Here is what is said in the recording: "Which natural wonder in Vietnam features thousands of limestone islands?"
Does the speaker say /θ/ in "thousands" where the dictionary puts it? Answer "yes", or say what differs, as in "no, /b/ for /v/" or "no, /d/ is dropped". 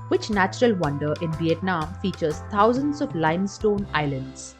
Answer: no, /t/ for /θ/